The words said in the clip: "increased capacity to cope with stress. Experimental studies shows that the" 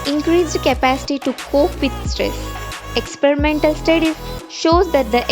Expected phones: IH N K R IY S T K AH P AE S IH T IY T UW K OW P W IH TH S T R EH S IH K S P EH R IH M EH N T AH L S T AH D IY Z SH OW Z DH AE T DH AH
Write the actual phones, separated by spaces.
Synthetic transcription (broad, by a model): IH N K R IY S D K AH P AE S IH T IY T UW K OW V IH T S T R EH S IH K S P EH R IH M EH N T AH L S T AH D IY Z SH OW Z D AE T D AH